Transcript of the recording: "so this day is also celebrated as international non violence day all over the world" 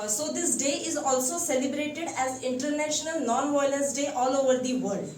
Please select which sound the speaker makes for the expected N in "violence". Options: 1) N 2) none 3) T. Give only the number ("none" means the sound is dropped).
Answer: 2